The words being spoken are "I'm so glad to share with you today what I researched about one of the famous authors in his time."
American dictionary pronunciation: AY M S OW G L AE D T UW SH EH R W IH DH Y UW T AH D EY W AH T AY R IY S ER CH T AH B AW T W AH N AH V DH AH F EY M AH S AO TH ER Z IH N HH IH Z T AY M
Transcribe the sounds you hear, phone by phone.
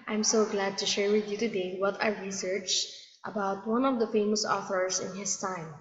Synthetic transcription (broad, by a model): AY M S OW G L AE D T UW SH EH R W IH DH Y UW T AH D EY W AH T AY R IY S ER CH T AH B AW T W AH N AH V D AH F EY M AH S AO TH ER S IH N HH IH S T AY M